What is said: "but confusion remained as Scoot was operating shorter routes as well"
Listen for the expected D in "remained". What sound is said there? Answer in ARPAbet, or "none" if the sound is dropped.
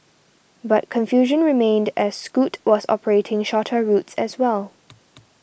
D